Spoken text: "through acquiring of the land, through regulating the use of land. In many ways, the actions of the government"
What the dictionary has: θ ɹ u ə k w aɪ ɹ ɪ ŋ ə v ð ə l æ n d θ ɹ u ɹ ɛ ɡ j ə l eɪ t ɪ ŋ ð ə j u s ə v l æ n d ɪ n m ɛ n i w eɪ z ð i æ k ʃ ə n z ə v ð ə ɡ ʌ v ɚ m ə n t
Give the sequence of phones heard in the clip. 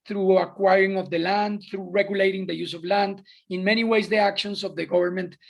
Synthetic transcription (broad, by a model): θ ɹ u ə k w aɪ ɹ ɪ ŋ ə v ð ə l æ n d θ ɹ u ɹ ɛ ɡ j ə l eɪ t ɪ ŋ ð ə j u s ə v l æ n d ɪ n m ɛ n i w eɪ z ð i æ k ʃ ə n s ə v ð ə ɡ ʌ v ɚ m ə n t